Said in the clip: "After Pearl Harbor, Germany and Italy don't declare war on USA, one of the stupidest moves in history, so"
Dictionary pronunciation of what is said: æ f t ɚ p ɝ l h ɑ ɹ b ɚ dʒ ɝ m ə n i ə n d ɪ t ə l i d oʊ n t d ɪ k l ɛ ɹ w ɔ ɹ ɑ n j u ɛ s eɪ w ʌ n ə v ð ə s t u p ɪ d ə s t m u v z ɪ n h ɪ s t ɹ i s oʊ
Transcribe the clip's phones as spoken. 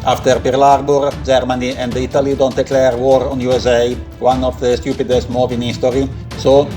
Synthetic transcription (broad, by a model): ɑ f t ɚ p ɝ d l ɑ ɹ b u dʒ ɝ m ə n i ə n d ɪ t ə l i d oʊ n t d ɪ k l ɛ ɹ w ɔ ɹ ɑ n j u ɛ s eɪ w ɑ n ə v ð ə s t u p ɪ d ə s t m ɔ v ɪ n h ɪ s t ɹ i s oʊ